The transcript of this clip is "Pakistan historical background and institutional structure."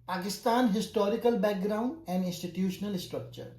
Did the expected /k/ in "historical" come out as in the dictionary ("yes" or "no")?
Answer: yes